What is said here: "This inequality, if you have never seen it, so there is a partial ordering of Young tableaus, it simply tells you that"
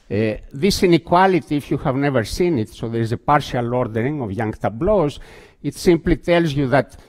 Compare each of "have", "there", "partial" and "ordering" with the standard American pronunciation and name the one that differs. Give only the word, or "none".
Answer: none